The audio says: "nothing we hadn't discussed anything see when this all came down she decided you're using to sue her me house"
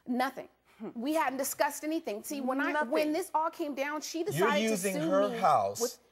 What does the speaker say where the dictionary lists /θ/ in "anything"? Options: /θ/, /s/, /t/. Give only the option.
/θ/